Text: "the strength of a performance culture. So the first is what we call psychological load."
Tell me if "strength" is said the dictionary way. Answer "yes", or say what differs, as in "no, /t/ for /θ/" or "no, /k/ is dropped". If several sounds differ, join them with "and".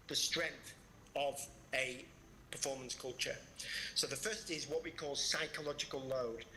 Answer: yes